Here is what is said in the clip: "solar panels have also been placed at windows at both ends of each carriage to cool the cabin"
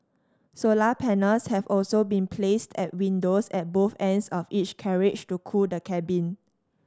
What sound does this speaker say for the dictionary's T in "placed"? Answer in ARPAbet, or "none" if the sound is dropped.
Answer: T